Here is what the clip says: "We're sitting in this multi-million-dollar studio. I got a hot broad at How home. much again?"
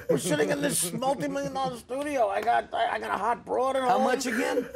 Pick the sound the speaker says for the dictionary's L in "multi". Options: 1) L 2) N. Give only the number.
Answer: 1